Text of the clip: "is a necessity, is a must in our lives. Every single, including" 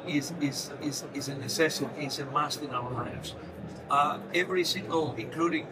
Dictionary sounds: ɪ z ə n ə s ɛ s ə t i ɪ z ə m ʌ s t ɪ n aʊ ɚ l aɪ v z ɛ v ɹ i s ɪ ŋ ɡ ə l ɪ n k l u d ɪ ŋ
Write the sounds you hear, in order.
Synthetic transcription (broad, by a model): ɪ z ə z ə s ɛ s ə s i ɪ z ə m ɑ s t ɪ n aʊ ɚ l aɪ v z ɛ v ɹ i s ɪ ŋ ɡ ə l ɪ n k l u d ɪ ŋ